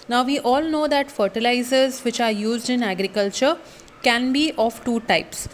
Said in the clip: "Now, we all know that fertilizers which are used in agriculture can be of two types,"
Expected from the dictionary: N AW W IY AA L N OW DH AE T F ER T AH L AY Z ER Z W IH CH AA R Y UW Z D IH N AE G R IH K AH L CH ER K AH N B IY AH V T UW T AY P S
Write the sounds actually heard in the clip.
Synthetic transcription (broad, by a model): N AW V IY AA L N OW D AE T F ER T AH L AY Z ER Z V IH CH AA R Y UW Z D IH N AE G R IH K AH L CH ER K AH N B IY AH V T UW T AY P S